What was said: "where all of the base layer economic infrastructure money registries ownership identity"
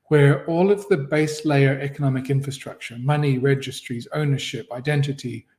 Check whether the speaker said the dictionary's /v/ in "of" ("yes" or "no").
yes